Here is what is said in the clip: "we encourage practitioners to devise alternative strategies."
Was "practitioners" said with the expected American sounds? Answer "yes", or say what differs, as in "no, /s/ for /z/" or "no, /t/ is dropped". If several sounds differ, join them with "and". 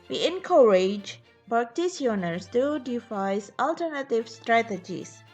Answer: no, /s/ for /ʃ/ and /s/ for /z/